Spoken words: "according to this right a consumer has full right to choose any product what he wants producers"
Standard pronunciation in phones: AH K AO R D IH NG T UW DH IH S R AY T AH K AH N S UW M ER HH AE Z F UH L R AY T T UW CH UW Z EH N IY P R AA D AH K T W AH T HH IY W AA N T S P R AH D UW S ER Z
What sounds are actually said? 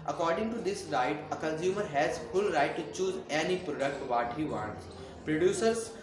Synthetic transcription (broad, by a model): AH K AO R D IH NG T UW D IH S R AY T AH K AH N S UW M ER HH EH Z F UH L R AY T T UW CH UW Z EH N IY P R AA D AH K T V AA T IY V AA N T P R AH D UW S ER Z